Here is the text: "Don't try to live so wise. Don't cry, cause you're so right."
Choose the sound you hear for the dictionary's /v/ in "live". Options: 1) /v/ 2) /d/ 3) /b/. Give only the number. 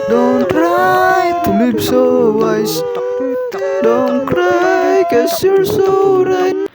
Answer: 3